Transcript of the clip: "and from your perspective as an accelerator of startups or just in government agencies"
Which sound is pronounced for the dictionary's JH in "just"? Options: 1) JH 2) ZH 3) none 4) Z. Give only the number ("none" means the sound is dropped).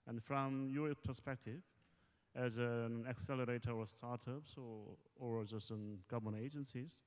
4